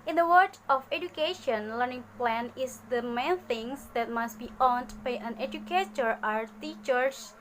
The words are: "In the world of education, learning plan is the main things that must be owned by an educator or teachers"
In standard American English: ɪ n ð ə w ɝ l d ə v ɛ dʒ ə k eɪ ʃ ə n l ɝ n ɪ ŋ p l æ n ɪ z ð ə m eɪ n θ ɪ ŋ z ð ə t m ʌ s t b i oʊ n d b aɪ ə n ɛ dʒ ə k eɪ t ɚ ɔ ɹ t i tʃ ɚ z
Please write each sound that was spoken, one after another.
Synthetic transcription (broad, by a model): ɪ n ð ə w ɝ d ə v ɛ dʒ ə k eɪ ʃ ə n l ɝ n ɪ ŋ p l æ n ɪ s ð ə m eɪ n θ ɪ ŋ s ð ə t m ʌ s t b i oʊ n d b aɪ ə n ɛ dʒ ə k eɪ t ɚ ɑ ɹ t i tʃ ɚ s